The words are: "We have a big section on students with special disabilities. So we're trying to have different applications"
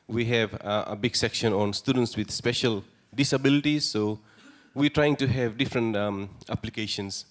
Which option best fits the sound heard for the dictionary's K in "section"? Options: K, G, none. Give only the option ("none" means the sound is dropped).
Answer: K